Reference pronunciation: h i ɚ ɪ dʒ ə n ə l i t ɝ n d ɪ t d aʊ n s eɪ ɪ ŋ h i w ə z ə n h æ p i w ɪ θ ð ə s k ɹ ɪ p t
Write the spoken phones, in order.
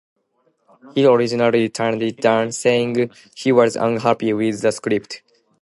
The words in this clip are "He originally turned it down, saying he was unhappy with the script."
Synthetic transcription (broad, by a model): h i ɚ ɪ dʒ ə n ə l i t ɝ n d ɪ t d aʊ n s eɪ ɪ ŋ h i w ə z ə n h æ p i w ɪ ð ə s k ɹ ɪ p t